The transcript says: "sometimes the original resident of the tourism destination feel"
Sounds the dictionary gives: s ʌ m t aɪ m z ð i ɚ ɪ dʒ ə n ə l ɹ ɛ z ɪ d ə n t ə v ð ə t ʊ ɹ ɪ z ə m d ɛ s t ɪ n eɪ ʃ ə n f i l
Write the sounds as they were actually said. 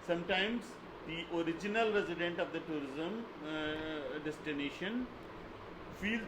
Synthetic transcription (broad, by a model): s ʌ m t aɪ m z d i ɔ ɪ dʒ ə n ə l ɹ ɛ z ɪ d ə n t ə v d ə t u ɹ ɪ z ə m d ɛ s t ɪ n eɪ ʃ ə n f i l